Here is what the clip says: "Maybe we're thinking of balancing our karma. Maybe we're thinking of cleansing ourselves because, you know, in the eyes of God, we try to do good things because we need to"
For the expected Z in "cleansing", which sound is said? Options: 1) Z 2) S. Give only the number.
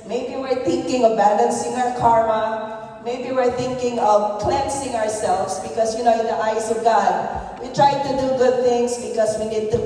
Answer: 2